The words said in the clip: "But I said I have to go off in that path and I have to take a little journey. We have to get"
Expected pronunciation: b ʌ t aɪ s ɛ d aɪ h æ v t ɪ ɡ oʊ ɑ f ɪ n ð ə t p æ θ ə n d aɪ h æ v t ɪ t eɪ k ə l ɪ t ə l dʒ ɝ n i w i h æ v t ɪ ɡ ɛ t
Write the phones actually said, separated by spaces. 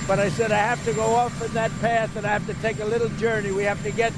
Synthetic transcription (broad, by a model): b ʌ t aɪ s ɛ d aɪ h æ f t ɪ ɡ oʊ ɑ f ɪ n ð ə t p æ θ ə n aɪ h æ f t ɪ t eɪ k ə l ɪ t l dʒ ɝ n i w i h æ f t ɪ ɡ ɛ t